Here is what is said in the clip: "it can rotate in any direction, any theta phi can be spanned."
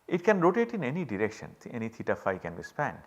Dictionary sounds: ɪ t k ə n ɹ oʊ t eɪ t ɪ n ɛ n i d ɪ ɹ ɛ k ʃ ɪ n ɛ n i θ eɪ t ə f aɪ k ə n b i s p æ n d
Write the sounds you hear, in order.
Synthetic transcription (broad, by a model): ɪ t k ə n ɹ oʊ t eɪ t ɪ n ɛ n i d ɪ ɹ ɛ k ʃ ɪ n ɛ n i t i t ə f aɪ k ə n b i s p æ n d